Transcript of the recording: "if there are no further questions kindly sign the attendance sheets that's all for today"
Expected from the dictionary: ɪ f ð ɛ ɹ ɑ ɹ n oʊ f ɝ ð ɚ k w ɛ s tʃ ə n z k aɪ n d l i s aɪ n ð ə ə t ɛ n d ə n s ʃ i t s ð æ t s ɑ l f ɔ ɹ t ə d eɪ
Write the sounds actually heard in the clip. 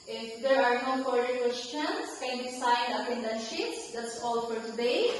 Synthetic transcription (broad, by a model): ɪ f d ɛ ɹ ɑ ɹ n oʊ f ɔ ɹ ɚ k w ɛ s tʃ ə n s k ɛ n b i s aɪ n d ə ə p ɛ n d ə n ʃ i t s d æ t s ɑ l f ɔ ɹ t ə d eɪ